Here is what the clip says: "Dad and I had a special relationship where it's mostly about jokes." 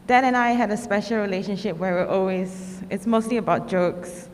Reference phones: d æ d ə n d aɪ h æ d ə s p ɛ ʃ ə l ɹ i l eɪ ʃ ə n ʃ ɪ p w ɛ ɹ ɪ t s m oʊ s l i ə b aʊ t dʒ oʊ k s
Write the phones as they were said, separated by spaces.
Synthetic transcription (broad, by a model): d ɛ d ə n aɪ h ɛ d ə s p ɛ ʃ ə l ɹ i l eɪ ʃ ə n ʃ ɪ p w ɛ l ɪ t s m oʊ s l i ə b aʊ t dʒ oʊ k s